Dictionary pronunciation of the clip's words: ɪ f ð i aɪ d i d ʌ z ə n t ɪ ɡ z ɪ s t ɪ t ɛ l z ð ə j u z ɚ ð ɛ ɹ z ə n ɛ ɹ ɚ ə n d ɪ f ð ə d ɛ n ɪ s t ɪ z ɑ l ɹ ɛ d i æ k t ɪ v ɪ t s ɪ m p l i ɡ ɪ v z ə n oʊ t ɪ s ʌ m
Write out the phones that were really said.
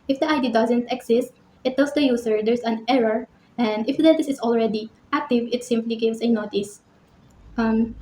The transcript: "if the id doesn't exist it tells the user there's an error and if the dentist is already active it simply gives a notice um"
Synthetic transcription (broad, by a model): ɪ f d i aɪ d i d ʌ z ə n t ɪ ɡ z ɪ s t ɪ t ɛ l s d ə j u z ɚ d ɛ ɹ s ə n ɛ ɹ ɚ ə n d ɪ f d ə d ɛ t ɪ s ɪ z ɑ l ɹ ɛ d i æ k t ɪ v ɪ t s ɪ m p l i ɡ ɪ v s ə n oʊ t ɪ s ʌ m